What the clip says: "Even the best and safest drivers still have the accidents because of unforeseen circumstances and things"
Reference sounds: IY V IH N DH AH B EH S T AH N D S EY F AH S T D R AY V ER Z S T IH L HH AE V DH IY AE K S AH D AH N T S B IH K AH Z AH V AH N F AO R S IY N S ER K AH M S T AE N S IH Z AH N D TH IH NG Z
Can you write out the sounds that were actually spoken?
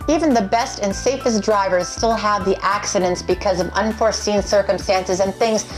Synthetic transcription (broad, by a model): IY V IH N DH AH B EH S T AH N S EY F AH S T D R AY V ER Z S T IH L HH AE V DH IY AE K S AH D AH N T S B IH K AH Z AH V AH N F AO R S IY N S ER K AH M S T AE N S IH Z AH N TH IH NG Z